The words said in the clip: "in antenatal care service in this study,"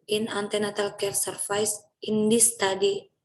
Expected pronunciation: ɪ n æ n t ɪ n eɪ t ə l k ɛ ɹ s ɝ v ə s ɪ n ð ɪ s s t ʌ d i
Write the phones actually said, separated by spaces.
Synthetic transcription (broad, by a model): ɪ n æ n t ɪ n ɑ t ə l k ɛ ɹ s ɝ f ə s ɪ n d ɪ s s t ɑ d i